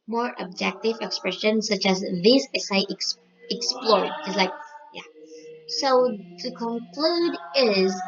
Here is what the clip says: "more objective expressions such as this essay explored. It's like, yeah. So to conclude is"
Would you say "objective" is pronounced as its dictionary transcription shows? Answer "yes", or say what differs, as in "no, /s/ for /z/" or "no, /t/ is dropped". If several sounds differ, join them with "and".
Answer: yes